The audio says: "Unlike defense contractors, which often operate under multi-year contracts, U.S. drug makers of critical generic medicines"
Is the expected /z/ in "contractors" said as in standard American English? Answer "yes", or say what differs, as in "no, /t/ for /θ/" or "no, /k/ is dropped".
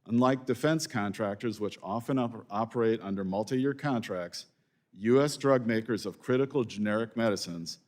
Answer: yes